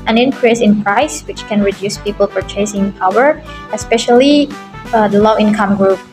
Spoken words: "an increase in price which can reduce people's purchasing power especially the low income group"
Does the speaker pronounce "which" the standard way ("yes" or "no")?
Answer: yes